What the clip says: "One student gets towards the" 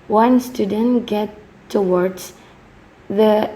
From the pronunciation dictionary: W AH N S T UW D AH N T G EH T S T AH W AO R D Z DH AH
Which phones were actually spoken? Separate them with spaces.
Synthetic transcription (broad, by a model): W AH N S T UW D AH N T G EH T T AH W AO R D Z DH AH